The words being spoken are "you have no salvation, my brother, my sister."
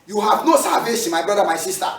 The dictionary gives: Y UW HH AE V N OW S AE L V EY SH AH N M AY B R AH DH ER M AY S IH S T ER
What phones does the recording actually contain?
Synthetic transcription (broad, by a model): Y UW HH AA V N OW S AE V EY S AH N M AY B R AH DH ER M AY S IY S T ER